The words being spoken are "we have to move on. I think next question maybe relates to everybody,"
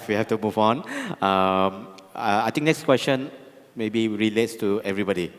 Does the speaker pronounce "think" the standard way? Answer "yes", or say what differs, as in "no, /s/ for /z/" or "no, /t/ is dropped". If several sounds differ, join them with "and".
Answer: no, /t/ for /θ/